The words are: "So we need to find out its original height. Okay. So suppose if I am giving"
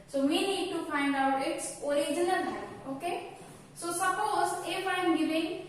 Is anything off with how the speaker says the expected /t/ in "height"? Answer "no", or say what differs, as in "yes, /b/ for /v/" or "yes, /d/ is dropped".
yes, /t/ is dropped